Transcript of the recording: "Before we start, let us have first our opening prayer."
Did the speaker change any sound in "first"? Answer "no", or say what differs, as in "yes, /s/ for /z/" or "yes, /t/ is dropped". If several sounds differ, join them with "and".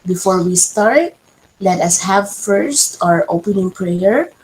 no